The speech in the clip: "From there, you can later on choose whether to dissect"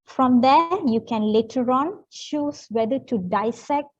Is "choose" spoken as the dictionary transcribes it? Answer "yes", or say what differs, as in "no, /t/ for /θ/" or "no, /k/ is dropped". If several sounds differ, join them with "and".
no, /ʃ/ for /tʃ/